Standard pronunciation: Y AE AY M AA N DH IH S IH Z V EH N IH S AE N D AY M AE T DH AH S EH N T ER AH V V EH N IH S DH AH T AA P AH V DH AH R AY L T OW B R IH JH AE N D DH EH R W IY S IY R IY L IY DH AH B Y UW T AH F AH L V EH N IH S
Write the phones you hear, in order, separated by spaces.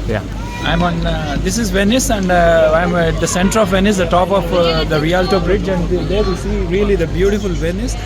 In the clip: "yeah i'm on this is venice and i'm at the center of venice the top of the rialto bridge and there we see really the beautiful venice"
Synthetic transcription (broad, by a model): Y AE AY M AA N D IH S IH Z V EH N IH S AE N D AY M AE T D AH S EH N T ER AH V V EH N IH S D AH T AA P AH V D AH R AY L T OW B R IH JH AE N D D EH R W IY S IY R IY L IY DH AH B Y UW T AH F AH L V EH N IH S